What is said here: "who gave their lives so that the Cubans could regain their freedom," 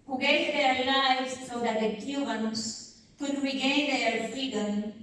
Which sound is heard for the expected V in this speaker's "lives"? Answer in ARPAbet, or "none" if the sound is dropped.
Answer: none